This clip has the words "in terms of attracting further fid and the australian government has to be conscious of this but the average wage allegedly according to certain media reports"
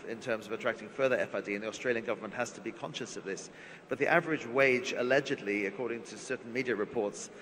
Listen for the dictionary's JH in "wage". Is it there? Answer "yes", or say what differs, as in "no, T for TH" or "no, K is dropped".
yes